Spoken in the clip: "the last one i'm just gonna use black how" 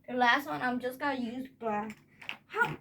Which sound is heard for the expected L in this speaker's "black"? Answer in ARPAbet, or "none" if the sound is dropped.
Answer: none